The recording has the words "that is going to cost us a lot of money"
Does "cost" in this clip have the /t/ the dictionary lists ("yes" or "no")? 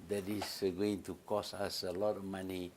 no